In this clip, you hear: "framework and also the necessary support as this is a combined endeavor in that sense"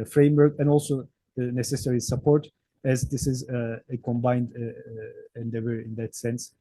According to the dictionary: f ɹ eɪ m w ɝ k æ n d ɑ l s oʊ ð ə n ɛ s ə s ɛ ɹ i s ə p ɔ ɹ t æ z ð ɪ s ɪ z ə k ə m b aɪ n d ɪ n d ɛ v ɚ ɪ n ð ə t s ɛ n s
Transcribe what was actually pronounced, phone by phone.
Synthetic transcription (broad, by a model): f ɹ eɪ m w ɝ k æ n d ɑ l s oʊ ð ə n ɛ s ə s ɛ ɹ i s ə p ɔ ɹ t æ z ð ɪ s ɪ z ə k ə m b aɪ n d ɪ n d ɛ v ɚ ɪ n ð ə t s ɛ n s